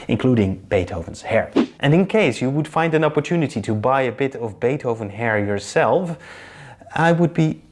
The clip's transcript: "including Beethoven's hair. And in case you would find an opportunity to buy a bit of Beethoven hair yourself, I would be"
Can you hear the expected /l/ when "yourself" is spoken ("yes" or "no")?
yes